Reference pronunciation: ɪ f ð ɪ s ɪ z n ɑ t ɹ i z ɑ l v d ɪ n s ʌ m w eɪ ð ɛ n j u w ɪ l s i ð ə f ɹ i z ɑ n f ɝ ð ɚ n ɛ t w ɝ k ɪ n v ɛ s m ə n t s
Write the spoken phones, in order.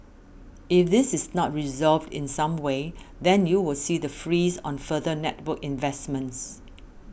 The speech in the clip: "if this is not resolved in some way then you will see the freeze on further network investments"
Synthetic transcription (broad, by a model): ɪ f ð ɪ s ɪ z n ɑ t ɹ i z ɑ l v d ɪ n s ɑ m w eɪ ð ɛ n j u w ɪ l s i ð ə f ɹ i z ɑ n f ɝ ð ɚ n ɛ t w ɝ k ɪ n v ɛ s m ə n t s